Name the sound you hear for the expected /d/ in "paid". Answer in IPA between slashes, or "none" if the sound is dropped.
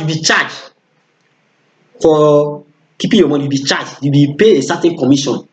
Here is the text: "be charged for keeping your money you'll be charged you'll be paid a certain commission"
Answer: none